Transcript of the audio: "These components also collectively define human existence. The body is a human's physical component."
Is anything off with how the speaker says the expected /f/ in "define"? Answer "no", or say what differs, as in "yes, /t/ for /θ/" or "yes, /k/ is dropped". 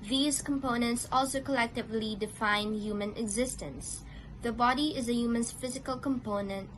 no